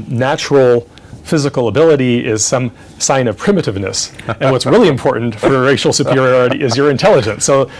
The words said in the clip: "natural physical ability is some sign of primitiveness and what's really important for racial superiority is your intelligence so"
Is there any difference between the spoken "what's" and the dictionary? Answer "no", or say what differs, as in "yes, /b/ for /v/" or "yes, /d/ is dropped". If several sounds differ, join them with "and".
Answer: no